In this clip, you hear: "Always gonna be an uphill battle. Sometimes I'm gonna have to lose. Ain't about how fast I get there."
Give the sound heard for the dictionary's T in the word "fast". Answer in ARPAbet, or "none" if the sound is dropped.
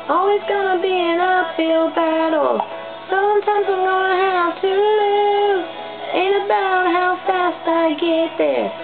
T